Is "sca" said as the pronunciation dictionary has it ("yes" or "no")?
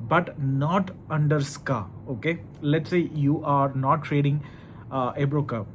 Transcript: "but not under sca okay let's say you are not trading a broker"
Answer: yes